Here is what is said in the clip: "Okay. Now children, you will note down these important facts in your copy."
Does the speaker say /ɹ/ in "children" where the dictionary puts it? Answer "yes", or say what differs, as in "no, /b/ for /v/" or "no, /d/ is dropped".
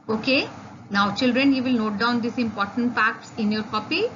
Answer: yes